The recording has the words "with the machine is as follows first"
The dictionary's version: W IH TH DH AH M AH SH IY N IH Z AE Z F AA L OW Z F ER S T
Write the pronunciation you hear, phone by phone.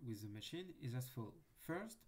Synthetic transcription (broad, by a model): W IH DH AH M AH SH IY N IH Z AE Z F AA L F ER S T